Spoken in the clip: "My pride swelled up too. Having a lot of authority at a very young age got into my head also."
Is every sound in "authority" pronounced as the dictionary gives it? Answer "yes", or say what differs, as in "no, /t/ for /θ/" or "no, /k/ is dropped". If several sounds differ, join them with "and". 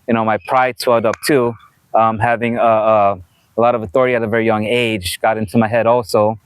yes